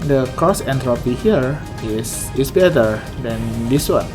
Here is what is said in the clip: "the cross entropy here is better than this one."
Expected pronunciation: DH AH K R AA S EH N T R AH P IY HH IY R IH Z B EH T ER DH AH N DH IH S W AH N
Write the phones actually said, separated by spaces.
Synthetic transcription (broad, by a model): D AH K AA S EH N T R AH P IY HH IY R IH S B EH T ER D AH N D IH S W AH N